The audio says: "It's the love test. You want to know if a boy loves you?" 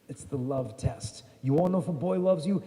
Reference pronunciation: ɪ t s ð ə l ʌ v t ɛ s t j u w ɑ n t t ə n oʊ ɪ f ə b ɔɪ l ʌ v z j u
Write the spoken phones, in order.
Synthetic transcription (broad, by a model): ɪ t s ð ə l ʌ v t ɛ s t j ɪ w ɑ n n oʊ ɪ f ə b ɔɪ l ʌ v z j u